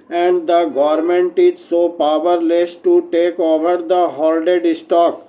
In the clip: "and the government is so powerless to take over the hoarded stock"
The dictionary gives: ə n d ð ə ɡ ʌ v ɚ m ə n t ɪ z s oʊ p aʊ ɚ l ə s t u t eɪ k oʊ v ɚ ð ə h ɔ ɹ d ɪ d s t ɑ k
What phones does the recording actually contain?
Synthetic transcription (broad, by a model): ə n d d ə ɡ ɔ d m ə n t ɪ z s oʊ p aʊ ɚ l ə s t u t eɪ k oʊ v ɚ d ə h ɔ l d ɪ d s t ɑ k